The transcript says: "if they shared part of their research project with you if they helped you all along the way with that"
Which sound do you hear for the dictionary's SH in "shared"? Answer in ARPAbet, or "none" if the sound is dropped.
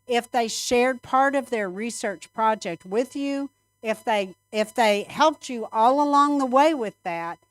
SH